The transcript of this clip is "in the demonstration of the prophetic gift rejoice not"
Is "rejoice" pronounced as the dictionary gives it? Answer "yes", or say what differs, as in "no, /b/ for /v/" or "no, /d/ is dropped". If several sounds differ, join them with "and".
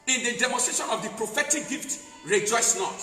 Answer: yes